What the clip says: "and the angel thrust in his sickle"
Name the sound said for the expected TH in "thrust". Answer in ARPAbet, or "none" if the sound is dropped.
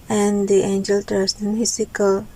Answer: T